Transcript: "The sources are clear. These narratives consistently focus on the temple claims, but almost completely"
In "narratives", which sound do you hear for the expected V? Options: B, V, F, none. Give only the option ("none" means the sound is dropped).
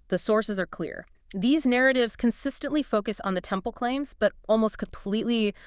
V